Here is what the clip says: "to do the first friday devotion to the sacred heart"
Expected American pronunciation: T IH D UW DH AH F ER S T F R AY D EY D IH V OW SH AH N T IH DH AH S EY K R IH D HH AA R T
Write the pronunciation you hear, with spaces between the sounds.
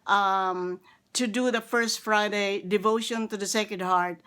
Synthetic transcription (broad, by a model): T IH D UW DH AH F ER S T F R AY D EY D IH V OW SH AH N T IH DH AH S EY K IH D HH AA R T